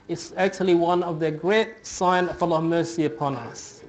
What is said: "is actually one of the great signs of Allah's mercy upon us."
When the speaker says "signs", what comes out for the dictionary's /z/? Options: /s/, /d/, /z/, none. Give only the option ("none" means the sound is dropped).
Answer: none